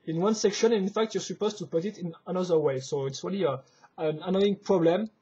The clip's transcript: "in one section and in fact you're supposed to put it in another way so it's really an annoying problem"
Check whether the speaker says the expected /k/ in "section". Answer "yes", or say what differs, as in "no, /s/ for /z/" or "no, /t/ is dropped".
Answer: yes